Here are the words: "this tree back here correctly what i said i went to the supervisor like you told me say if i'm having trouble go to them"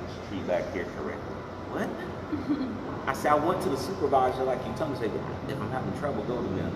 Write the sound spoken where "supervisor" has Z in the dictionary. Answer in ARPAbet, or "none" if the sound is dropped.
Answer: Z